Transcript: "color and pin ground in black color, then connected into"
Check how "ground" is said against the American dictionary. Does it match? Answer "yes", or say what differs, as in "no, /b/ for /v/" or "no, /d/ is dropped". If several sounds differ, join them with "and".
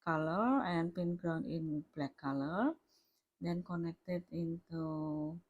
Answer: no, /d/ is dropped